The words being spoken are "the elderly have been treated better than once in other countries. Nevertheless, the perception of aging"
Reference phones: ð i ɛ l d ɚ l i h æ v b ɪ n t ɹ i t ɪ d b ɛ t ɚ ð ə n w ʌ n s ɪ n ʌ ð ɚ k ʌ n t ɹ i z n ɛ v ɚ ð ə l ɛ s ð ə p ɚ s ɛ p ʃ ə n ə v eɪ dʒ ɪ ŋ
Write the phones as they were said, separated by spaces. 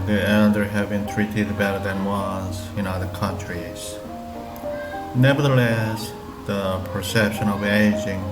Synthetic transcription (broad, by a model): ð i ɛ l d ɚ h æ v b ɪ n t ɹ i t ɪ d b ɛ t ɚ ð ə n w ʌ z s ɪ n ʌ ð ɚ k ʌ n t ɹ i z n ɛ v ɚ ð ə l ɛ s ð ə p ɚ s ɛ p ʃ ə n ə v eɪ dʒ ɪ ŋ